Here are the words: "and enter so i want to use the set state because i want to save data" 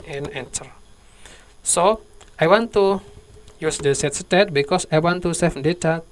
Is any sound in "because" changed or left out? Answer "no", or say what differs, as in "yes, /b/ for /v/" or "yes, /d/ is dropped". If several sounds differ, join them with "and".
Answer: yes, /s/ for /z/